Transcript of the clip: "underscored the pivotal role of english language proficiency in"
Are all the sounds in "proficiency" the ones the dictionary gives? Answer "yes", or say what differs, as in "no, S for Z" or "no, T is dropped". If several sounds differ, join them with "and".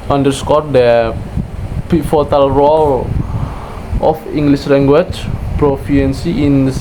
no, SH is dropped